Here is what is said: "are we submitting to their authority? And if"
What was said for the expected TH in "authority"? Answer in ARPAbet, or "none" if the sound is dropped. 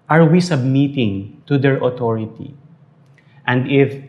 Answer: T